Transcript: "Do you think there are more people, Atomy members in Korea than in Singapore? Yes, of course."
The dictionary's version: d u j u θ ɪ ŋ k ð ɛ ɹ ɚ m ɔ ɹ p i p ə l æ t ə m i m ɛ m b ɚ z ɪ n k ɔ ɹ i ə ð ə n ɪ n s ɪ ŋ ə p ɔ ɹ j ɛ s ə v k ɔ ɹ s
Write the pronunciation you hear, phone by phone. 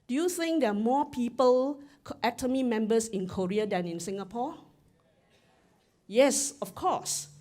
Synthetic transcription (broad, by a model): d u j u θ ɪ ŋ k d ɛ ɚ m ɔ p i p ə l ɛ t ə m i m ɛ m b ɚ s ɪ n k ɔ ɹ i ə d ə n ɪ n s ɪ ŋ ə p ɔ j ɛ s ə f k ɔ s